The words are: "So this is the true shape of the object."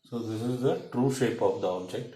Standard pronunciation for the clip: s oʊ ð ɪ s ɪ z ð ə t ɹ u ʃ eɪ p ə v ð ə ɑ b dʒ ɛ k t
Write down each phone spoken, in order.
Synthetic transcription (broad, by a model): s oʊ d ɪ s ɪ z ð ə t ɹ u ʃ eɪ p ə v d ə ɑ b dʒ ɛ k t